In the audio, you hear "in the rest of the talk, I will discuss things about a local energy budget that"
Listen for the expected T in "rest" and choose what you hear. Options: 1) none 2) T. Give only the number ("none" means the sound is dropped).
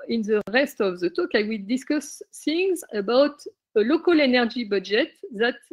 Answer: 2